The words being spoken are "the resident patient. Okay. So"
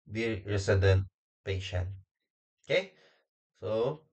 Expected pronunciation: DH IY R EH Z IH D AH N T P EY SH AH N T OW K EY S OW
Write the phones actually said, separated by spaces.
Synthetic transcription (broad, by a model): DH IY R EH S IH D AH N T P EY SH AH N OW K EY S OW